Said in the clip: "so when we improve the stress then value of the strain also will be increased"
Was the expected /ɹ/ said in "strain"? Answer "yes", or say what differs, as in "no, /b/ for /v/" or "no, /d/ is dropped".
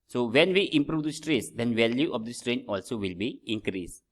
yes